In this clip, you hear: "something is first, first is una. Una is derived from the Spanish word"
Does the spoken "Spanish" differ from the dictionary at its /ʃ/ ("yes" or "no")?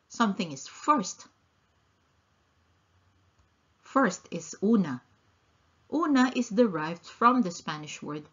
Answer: no